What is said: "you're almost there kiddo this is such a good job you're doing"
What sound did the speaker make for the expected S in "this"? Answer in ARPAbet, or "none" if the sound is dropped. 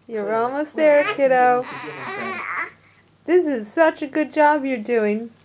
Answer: S